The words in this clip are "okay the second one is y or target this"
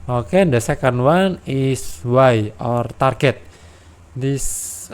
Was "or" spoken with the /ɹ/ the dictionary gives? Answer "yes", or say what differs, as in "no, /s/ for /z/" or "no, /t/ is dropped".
yes